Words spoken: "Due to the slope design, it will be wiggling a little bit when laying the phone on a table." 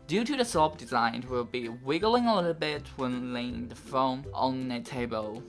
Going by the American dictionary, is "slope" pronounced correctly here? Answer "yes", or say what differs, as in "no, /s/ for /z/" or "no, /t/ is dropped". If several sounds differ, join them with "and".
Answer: no, /l/ is dropped